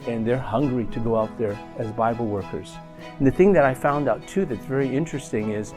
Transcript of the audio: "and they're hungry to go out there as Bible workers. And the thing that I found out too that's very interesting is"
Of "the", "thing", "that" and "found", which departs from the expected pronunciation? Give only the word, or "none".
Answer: none